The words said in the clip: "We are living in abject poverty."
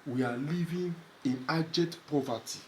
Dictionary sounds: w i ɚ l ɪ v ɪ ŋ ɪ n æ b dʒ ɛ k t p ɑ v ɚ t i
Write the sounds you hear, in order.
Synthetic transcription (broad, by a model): w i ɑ l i v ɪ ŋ ɪ n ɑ dʒ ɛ t p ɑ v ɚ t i